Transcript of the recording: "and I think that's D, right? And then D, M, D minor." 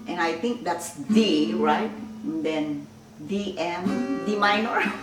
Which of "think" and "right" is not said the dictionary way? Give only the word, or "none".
think